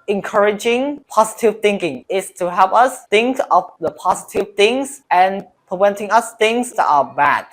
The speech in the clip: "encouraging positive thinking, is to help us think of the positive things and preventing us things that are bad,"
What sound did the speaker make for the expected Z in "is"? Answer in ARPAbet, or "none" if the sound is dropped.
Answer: S